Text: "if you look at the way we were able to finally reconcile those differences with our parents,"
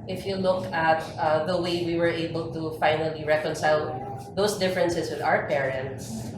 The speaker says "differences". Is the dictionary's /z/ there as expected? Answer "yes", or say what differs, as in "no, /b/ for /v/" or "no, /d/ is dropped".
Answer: no, /s/ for /z/